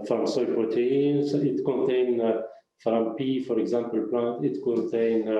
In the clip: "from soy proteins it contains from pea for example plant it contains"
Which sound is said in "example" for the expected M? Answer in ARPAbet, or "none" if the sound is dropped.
M